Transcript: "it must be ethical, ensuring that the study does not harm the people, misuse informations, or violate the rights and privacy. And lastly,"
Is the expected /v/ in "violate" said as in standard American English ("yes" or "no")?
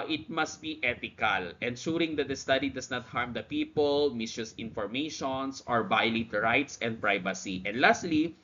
no